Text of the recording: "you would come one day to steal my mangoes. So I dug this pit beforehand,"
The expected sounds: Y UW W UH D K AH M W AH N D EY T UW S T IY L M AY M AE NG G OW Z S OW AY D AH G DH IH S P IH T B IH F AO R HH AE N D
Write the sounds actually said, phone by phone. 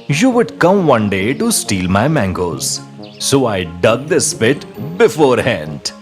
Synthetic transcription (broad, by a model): Y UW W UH D K AH M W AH N D EY T UW S T IY L M AY M AE NG G OW Z S OW AY D AH G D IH S P IH T B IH F AO R HH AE N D